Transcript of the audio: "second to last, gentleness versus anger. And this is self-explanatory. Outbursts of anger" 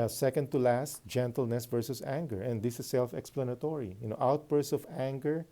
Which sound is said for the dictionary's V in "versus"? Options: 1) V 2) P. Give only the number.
1